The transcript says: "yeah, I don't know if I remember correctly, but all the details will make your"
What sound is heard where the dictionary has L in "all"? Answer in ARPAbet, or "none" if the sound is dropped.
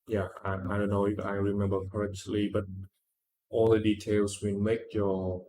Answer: L